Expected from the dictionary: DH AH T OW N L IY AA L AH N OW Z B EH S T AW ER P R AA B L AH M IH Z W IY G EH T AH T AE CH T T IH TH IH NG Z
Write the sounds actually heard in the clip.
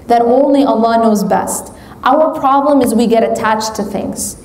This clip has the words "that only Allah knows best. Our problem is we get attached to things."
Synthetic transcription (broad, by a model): DH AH T OW N L IY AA L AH N OW Z B EH S T AW ER P R AA B L AH M IH Z W IY G EH T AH T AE CH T T IH TH IH NG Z